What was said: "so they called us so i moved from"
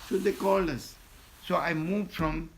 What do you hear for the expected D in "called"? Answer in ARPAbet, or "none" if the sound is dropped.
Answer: none